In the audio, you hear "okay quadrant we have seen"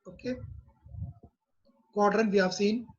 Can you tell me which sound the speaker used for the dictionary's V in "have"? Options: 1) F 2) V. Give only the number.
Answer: 1